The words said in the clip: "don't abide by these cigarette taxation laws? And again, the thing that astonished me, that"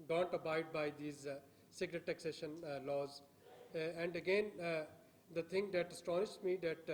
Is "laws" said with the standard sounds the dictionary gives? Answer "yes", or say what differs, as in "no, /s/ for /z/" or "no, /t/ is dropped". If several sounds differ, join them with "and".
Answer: yes